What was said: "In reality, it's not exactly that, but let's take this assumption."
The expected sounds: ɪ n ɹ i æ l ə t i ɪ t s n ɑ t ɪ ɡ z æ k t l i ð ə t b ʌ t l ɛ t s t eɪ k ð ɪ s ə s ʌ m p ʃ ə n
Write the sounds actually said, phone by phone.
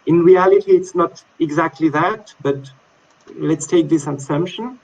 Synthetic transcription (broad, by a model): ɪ n ɹ i æ l ə t i ɪ t s n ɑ t ɪ ɡ z æ k t l i ð ə t b ʌ t l ɛ t s t eɪ k ð ɪ s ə s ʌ m p ʃ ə n